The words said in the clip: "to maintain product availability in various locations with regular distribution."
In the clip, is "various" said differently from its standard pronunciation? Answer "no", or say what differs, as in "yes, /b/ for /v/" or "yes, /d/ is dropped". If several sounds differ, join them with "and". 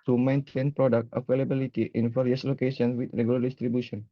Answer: yes, /f/ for /v/